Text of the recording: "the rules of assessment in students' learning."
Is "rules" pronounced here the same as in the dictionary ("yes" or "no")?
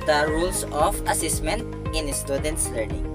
no